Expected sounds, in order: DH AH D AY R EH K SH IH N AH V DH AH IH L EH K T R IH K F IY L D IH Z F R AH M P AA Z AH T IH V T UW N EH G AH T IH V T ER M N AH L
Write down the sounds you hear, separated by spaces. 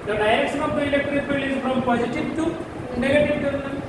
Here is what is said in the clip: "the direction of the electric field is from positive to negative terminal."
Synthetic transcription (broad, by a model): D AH D AY R EH K SH IH N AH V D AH IH L EH K T R IH K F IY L IH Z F R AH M P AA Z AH T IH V T UW N EH G AH T IH V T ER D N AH